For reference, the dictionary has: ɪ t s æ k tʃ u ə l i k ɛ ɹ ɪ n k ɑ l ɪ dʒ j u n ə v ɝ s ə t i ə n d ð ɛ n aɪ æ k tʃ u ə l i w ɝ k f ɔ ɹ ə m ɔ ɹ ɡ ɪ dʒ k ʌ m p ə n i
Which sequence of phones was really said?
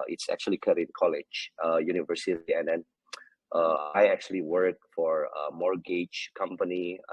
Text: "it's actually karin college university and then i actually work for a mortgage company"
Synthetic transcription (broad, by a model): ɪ t s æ k tʃ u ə l i k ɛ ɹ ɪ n k ɑ l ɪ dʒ j u n ə v ɝ s ə t i ə n d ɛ n aɪ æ k tʃ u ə l i w ɝ k f ɔ ɹ ə m ɔ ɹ ɡ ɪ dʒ k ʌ m p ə n i